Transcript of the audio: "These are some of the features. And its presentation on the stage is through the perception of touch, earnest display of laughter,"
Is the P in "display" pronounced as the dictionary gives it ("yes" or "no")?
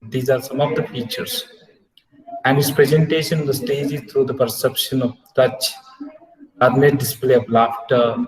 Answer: yes